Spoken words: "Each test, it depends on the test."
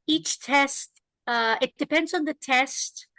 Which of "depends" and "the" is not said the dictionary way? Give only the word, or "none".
none